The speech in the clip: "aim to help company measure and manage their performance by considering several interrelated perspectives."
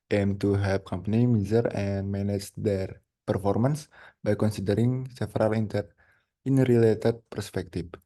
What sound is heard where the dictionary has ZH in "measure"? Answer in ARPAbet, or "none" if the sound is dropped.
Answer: Z